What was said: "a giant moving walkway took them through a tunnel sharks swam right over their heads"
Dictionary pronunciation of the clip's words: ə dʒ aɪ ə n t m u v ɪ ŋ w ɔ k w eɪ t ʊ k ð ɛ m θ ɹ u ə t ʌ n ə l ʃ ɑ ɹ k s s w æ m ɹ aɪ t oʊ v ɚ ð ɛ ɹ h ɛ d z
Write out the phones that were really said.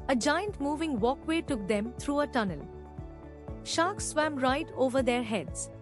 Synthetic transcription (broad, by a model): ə dʒ aɪ ə n t m u v ɪ ŋ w ɔ k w eɪ t ʊ k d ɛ m t ɹ u ə t ʌ n ə l ʃ ɑ k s s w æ m ɹ aɪ t oʊ v ɚ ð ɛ ɹ h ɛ d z